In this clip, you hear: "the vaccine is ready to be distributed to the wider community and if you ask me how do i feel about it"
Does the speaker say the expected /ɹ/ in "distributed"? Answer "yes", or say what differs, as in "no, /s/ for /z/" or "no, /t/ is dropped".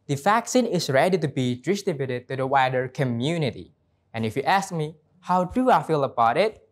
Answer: no, /ɹ/ is dropped